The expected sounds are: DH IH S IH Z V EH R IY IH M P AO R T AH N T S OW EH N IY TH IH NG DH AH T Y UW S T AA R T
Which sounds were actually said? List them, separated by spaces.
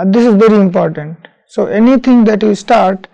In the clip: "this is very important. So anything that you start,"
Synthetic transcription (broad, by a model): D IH S IH Z V EH R IY IH M P AO R T AH N T S OW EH N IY T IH NG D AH T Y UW S T AA R T